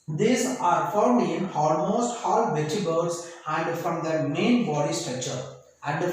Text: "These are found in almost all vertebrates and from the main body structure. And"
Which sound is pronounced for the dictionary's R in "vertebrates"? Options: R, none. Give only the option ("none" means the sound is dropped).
none